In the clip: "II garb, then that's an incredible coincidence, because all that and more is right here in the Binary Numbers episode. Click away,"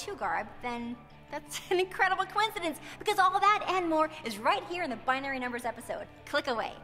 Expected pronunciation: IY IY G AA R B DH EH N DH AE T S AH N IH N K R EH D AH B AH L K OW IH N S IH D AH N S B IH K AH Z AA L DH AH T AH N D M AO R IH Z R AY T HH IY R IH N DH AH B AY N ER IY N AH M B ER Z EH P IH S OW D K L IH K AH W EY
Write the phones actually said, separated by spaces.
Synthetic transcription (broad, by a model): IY G AA R B DH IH N DH AE T S N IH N K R EH D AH B L K OW IH N S IH D AH N S B IH K AH Z AA L DH AH T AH N M AO R IH Z R AY T HH IY R IH N DH AH B AY N ER IY N AH M B ER Z EH P IH S OW D K L IH K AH W EY